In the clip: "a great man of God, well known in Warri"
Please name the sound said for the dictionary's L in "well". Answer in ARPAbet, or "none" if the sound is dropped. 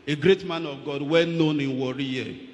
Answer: N